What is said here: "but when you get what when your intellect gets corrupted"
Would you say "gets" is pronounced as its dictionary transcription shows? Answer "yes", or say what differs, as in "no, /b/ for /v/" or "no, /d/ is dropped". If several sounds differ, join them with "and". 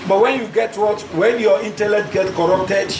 no, /s/ is dropped